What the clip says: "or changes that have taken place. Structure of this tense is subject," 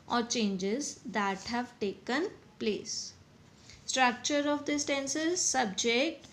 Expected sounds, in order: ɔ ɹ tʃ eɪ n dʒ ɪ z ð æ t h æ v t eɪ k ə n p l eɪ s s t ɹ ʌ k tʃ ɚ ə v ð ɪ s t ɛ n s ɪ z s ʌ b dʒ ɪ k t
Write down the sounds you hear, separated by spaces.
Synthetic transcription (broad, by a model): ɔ ɹ tʃ eɪ n dʒ ɪ z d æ t h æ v t eɪ k ə n p l eɪ s s t ɹ ʌ k tʃ ɚ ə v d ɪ s t ɛ n s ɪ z s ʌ b dʒ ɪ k t